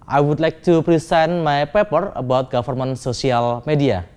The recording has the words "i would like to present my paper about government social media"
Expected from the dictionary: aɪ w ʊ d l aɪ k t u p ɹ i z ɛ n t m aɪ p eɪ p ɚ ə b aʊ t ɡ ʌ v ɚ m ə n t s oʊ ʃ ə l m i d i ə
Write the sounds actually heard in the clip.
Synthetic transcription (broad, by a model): aɪ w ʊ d l aɪ k t u p ɹ i s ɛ n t m aɪ p eɪ p ɚ ə b aʊ t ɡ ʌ f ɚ m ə n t s oʊ s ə l m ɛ d i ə